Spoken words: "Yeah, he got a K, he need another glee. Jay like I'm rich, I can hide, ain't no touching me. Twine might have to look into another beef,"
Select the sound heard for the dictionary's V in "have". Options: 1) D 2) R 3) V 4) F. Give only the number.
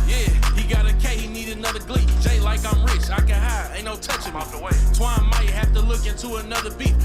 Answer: 4